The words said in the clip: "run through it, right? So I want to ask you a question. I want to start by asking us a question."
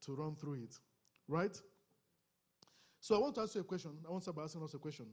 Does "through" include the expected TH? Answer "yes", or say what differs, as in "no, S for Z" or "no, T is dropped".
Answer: yes